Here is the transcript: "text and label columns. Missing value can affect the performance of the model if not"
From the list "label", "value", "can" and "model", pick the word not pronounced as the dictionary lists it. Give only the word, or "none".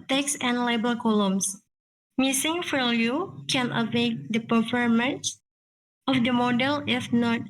value